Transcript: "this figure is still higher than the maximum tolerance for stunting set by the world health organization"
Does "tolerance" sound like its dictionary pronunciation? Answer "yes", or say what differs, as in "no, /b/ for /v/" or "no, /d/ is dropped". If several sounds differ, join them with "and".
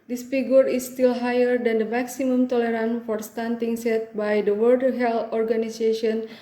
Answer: no, /s/ is dropped